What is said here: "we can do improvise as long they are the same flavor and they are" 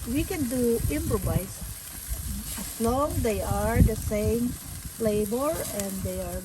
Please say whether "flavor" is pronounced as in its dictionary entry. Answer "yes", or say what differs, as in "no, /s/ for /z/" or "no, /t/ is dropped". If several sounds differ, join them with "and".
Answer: no, /b/ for /v/